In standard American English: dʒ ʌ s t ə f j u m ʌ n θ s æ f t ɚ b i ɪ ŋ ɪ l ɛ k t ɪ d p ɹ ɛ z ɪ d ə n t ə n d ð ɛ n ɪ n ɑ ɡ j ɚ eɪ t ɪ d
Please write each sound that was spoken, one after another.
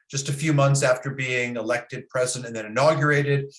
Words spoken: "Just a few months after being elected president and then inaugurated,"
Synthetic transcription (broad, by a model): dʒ ʌ s t ə f j u m ʌ n θ s æ f t ɚ b i ɪ ŋ ɪ l ɛ k t ɪ d p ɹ ɛ z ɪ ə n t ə n ð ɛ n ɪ n ɑ ɡ j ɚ eɪ t ɪ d